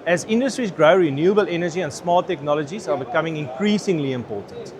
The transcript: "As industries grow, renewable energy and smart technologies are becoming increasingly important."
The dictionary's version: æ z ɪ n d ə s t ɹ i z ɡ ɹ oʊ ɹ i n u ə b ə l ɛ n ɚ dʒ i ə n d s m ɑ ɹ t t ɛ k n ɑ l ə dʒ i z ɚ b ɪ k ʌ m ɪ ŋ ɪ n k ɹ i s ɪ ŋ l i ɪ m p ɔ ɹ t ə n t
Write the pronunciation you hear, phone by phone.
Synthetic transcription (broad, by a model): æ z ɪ n d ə s t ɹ i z ɡ ɹ oʊ ɹ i n u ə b ə l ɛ n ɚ dʒ i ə n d s m ɑ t t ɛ k n ɑ l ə dʒ i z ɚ b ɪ k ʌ m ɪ ŋ ɪ n k ɹ i s ɪ ŋ l i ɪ m p ɔ t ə n t